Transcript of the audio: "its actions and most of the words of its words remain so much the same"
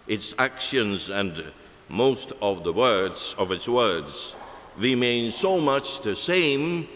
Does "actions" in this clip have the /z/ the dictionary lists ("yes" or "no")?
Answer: yes